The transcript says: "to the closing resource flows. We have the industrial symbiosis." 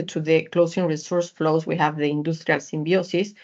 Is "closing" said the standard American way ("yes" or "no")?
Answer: no